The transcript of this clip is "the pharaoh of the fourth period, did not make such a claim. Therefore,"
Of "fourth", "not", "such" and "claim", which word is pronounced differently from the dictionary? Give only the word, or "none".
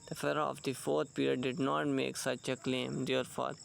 fourth